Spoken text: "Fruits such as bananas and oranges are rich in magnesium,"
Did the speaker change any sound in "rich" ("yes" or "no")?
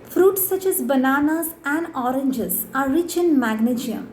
no